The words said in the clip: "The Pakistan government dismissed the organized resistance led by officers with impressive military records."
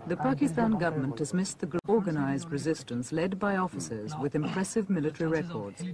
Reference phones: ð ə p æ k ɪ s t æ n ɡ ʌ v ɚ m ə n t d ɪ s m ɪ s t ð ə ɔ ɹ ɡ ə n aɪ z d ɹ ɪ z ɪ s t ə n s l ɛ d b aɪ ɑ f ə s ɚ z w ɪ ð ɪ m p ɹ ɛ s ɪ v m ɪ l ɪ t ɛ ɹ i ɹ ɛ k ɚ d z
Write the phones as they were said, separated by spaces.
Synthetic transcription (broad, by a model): ð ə p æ k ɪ s t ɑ n ɡ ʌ v ɚ m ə n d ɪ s m ɪ s ð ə ɔ ɹ ɡ ə n aɪ z d ɹ ɪ z ɪ s t ə n s l ɛ d b aɪ ɑ f ə s ɚ z w ɪ ð ɪ m p ɹ ɛ s ɪ v m ɪ l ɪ t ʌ ɹ i ɹ ɛ k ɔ d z